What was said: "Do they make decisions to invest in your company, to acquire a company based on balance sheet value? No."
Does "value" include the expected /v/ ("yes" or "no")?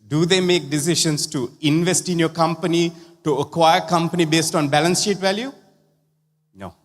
yes